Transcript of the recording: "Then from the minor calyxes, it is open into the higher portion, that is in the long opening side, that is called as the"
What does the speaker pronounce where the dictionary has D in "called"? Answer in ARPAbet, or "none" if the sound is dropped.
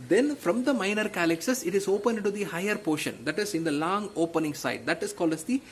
none